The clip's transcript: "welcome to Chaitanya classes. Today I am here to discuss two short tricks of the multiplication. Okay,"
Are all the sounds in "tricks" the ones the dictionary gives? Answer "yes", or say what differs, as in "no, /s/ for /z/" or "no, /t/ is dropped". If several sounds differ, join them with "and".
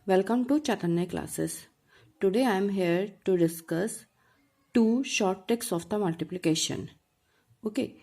no, /ɹ/ is dropped